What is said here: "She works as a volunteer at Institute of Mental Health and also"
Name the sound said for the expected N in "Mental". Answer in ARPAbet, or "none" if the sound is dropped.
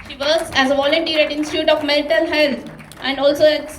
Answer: L